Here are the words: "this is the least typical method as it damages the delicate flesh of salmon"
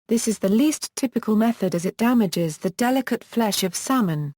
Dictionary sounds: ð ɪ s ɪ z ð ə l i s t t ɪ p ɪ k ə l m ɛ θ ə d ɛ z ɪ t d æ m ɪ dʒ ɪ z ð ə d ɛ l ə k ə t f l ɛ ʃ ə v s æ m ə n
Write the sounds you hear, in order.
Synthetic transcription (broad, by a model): ð ɪ s ɪ z ð ə l i s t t ɪ p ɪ k ə l m ɛ θ ə d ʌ z ɪ t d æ m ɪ dʒ ɪ z ð ə d ɛ l ə k ə t f l ɛ ʃ ə v s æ m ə n